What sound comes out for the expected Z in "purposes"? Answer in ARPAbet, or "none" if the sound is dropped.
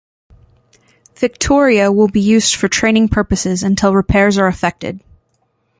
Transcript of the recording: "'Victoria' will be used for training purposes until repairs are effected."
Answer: Z